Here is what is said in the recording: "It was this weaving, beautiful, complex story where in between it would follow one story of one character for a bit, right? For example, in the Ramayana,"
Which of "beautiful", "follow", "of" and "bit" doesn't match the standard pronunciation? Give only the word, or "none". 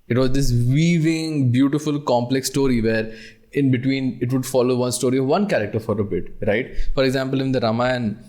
none